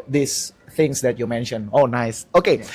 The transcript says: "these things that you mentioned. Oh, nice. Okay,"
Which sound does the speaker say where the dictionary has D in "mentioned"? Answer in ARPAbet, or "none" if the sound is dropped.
none